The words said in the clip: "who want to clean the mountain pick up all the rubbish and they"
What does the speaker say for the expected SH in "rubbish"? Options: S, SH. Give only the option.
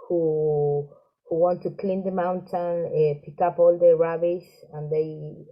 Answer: S